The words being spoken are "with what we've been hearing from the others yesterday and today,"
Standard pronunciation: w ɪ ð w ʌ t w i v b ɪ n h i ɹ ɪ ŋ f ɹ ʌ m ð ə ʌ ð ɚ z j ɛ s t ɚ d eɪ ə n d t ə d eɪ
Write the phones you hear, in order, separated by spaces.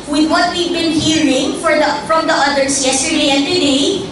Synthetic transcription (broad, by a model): w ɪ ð w ʌ t w i v b ɪ n h i ɹ ɪ ŋ f ɹ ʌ m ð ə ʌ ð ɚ s j ɛ s t ɚ d eɪ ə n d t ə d eɪ